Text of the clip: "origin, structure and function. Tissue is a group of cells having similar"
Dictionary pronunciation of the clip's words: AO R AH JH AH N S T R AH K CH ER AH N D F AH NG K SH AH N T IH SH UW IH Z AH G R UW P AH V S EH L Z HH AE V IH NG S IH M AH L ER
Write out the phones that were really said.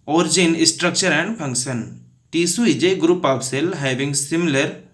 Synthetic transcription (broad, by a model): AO R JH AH N S T R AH K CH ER AH N D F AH NG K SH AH N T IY S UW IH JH AH G R UW P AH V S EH L HH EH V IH NG S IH M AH L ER